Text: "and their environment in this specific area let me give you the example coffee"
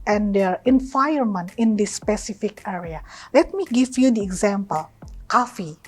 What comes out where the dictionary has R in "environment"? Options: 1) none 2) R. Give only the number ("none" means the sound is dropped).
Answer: 1